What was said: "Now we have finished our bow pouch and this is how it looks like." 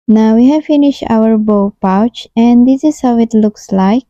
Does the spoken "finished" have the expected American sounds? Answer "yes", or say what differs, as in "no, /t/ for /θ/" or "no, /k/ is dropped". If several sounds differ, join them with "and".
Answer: yes